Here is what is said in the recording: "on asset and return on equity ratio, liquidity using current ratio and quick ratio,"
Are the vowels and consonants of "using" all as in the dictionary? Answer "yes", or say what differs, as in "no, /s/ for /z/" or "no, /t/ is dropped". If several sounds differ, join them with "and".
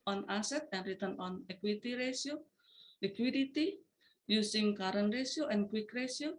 no, /s/ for /z/